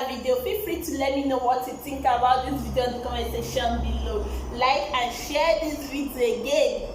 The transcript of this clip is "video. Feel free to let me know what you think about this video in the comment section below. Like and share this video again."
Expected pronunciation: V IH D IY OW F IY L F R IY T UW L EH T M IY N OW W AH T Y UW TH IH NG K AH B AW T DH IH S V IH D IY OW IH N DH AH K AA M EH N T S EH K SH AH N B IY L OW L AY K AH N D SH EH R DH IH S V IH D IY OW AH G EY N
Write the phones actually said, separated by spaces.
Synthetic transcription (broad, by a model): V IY D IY OW P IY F R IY T UW L EH T M IY N OW W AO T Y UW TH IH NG K AH B AW T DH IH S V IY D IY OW IH N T K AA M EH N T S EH SH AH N B IY L OW L AY K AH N SH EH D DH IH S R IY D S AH G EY N